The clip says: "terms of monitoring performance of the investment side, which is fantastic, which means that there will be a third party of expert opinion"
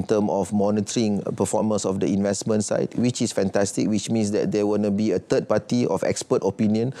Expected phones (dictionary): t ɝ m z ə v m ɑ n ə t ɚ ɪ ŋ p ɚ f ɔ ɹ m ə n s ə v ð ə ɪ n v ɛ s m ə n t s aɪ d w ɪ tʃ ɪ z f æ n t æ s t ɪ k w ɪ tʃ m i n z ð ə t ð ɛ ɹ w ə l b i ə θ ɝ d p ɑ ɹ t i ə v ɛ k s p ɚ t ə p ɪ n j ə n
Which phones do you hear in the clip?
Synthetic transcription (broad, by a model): t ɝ m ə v m ɑ n ə t ɚ ɪ ŋ p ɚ f ɔ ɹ m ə n s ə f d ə ɪ n v ɛ s m ə n t s aɪ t w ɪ tʃ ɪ s f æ n t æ s t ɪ k w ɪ tʃ m i n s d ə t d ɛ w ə n b i ə t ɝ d p ɑ t i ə f ɛ k s p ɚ t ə p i n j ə n